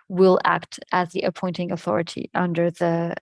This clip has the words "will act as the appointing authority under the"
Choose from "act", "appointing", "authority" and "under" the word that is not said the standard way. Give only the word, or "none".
none